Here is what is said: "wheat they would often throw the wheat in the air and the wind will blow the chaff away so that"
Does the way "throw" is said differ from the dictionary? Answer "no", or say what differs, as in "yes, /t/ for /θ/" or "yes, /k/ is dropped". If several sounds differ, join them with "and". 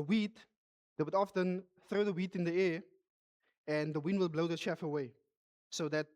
no